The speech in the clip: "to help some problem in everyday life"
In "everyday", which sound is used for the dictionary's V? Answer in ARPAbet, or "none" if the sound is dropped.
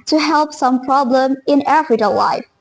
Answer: F